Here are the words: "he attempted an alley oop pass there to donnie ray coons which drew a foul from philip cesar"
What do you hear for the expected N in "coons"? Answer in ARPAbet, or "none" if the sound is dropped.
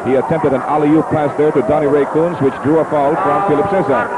N